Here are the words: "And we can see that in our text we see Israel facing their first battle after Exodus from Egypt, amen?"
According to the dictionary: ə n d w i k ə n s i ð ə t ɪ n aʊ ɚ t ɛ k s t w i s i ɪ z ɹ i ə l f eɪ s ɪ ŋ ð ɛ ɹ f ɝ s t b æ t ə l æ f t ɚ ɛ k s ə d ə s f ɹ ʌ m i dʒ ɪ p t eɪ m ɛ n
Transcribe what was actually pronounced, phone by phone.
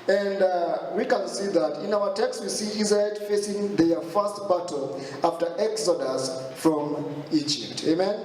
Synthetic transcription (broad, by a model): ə n d w i k ə n s i ð ə t ɪ n aʊ ɚ t ɛ k s t w i s i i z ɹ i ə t f eɪ s ɪ ŋ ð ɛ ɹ f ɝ s t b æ t l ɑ f t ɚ ɛ k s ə d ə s f ɹ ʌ m i dʒ ɪ p t eɪ m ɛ n